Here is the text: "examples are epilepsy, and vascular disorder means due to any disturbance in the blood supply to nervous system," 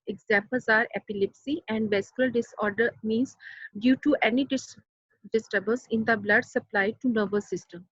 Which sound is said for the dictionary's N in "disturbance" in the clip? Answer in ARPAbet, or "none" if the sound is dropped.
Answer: L